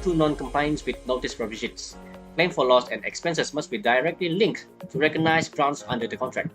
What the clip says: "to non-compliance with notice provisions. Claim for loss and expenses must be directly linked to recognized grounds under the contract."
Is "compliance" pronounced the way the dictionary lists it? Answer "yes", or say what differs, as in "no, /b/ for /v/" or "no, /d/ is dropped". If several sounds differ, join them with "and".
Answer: no, /l/ is dropped